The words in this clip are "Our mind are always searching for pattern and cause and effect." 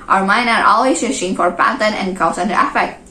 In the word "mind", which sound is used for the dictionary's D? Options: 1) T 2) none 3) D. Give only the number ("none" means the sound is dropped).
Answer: 2